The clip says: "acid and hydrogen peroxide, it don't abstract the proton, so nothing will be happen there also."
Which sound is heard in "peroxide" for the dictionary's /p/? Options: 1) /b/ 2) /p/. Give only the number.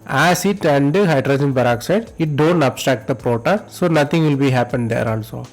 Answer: 1